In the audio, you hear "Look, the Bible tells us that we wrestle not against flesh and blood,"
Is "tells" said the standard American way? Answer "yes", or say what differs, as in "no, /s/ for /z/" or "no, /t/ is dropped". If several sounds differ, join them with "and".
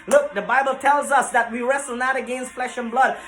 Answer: yes